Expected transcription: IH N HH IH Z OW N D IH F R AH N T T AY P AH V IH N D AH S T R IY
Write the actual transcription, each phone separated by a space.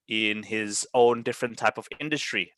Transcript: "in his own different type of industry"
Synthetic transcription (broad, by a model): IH N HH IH Z OW N D IH F R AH N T T AY P AH V IH N D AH S T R IY